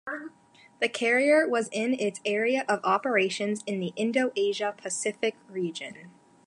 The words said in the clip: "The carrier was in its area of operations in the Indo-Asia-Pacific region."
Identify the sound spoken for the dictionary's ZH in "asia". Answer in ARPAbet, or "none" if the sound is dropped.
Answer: ZH